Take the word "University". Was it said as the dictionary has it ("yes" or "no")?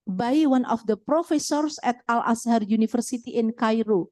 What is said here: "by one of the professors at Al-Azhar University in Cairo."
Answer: no